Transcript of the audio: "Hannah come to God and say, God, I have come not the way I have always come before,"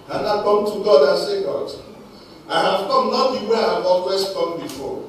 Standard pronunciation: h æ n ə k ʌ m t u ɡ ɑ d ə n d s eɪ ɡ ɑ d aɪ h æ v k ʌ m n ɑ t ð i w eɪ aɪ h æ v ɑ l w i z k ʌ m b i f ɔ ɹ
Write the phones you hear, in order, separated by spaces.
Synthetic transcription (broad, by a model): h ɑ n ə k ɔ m t u ɡ ɑ d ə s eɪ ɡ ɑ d aɪ h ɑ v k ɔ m n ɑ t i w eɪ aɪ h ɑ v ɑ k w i s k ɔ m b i f ɔ